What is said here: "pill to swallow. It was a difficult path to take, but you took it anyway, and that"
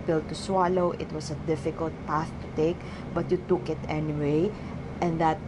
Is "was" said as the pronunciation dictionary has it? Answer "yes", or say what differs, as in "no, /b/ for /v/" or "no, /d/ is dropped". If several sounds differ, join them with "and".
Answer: no, /s/ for /z/